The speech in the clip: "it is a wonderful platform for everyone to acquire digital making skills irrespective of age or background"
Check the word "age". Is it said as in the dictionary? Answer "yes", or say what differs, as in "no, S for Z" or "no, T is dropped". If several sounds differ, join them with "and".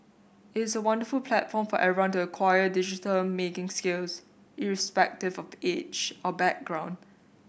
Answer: no, CH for JH